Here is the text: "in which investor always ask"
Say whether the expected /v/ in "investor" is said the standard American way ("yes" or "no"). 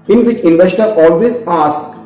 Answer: yes